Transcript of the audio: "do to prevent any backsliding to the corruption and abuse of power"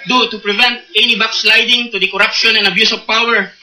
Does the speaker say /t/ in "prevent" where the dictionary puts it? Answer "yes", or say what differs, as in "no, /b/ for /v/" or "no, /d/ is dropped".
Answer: yes